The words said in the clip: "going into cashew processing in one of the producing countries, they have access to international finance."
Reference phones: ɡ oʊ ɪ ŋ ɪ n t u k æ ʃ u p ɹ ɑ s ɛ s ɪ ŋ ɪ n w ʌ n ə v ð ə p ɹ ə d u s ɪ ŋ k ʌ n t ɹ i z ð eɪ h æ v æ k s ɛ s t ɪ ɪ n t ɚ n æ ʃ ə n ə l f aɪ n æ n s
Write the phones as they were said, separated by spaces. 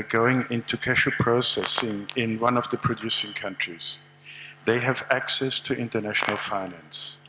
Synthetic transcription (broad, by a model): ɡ oʊ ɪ ŋ ɪ n t u k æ ʃ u p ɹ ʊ s ɛ s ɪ ŋ ɪ n w ʌ n ə v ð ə p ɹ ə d u s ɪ ŋ k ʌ n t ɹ i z ð eɪ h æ v æ k s ɛ s t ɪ ɪ n t ɚ n æ ʃ ə n ə l f aɪ n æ n s